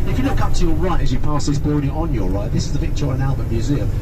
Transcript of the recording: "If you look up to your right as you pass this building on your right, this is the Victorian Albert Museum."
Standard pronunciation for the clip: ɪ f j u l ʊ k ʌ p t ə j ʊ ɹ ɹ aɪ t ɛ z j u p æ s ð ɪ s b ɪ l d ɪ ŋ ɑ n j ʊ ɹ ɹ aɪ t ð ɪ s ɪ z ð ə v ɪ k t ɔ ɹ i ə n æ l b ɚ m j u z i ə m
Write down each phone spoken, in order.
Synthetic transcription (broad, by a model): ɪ f j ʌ l ʊ k ʌ p t ə j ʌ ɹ ɹ aɪ t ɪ z j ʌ p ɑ s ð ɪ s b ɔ d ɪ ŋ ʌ n j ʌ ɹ ɹ aɪ t ð ɪ s ɪ z ð ə p ɪ k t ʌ ɹ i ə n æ l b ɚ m j u z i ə m